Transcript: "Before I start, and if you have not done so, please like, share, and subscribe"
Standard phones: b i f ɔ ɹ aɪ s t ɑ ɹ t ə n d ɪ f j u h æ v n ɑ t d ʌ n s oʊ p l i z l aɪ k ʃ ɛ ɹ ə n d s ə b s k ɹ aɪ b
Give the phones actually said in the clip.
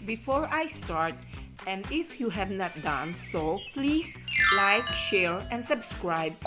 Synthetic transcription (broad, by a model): b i f ɔ ɹ aɪ s t ɑ ɹ t ə n d ɪ f j u h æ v n ɑ t d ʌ n s oʊ p l i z l aɪ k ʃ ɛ l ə n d s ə b s k ɹ aɪ b